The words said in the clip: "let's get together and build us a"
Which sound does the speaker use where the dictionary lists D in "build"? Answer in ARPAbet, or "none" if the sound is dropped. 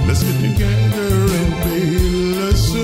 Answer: none